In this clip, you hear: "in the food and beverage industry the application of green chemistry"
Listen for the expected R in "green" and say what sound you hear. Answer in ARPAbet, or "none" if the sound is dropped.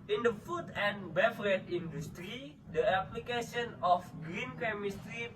R